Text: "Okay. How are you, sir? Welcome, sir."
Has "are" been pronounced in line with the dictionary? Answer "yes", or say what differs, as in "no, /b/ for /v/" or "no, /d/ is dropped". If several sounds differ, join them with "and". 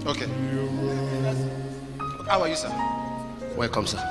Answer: no, /w/ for /ɹ/